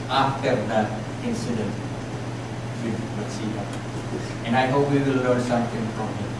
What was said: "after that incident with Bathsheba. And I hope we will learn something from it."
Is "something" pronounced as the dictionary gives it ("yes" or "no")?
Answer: no